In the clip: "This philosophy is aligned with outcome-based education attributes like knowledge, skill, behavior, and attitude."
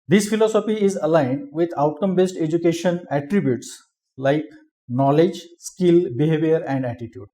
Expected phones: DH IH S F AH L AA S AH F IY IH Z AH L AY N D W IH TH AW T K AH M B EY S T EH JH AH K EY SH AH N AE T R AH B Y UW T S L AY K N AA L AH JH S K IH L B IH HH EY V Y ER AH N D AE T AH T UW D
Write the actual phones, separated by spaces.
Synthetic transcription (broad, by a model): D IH S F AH L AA S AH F IY IH Z AH L AY N D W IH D AW T K AH M B EY S T EH JH AH K EY SH AH N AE T R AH B Y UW T S L AY K N AA L AH JH S K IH L B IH HH EY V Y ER AH N D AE T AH T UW D